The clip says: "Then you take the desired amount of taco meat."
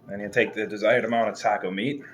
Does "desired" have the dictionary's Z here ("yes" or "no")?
yes